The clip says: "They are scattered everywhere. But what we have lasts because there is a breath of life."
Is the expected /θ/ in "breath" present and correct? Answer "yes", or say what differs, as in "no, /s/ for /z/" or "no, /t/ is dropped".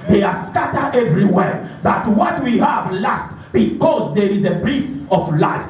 no, /f/ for /θ/